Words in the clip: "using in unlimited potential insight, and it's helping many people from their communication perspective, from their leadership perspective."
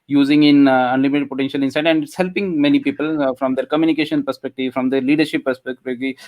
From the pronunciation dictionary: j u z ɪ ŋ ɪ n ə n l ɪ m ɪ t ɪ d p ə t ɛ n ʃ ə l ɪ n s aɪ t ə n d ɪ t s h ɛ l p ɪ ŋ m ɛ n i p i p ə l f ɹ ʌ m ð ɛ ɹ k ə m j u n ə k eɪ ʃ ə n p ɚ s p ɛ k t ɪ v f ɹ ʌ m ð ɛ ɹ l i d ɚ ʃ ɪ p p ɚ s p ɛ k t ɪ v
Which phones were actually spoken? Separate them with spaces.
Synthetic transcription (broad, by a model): j u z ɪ ŋ ɪ n ə n l ɪ m ɪ t ɪ d p ə t ɛ n ʃ ə l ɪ n s aɪ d ə n d h ɛ l p ɪ ŋ m ɛ n i p i p ə l f ɹ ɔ m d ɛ ɹ k ə m j u n ə k eɪ ʃ ə n p ɚ s p ɛ k t ɪ v f ɹ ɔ m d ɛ ɹ l i d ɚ ʃ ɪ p p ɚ s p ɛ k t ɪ